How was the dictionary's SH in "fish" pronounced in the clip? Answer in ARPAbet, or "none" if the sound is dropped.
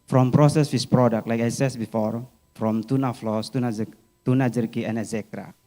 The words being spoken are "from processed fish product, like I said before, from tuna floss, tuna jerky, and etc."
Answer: S